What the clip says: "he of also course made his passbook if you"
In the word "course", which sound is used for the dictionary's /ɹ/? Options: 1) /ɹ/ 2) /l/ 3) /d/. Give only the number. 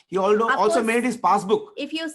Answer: 2